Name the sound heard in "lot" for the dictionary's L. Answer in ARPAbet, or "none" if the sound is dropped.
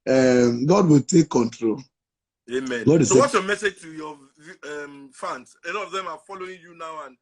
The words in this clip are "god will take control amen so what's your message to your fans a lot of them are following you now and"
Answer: N